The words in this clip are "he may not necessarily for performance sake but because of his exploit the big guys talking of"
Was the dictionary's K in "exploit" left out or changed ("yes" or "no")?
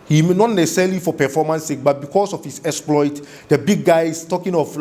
no